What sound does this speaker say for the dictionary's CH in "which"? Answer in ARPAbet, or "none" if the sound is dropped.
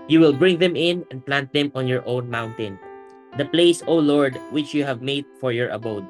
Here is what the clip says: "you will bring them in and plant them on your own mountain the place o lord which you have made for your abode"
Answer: CH